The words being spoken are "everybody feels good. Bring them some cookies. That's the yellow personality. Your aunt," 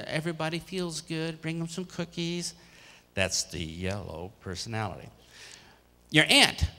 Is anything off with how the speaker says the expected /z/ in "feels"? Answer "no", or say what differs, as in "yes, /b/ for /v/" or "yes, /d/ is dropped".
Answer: no